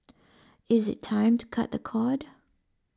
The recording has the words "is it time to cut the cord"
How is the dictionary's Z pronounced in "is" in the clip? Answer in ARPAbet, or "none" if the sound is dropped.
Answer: Z